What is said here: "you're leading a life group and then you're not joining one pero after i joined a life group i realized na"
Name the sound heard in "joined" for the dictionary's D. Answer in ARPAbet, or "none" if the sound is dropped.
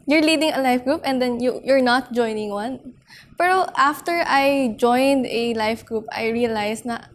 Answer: D